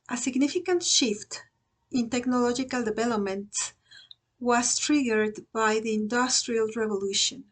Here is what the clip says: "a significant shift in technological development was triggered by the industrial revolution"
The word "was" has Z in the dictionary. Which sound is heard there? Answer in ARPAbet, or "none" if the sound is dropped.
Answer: S